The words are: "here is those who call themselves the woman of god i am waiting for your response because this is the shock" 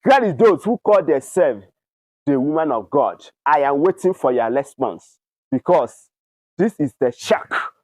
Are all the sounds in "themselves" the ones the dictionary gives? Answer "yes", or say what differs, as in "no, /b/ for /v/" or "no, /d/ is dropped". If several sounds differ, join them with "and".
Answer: no, /m/ is dropped